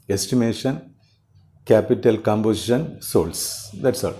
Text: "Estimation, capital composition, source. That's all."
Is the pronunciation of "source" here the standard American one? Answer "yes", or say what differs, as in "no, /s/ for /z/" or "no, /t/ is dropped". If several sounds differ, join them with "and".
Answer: no, /l/ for /ɹ/